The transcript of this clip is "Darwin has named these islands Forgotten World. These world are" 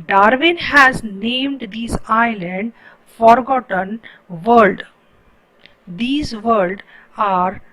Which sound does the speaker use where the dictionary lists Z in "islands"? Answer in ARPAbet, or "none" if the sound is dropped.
none